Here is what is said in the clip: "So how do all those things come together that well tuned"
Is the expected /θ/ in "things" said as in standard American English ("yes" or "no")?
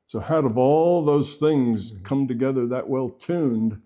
yes